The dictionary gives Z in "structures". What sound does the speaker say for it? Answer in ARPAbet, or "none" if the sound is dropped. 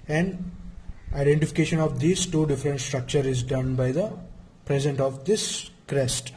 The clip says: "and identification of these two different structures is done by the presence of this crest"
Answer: none